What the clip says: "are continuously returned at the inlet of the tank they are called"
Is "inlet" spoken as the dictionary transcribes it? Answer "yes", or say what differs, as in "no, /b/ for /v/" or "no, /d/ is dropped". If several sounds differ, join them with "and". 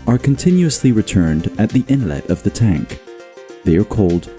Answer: yes